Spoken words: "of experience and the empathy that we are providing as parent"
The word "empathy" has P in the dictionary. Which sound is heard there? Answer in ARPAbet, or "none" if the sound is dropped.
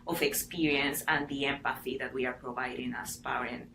P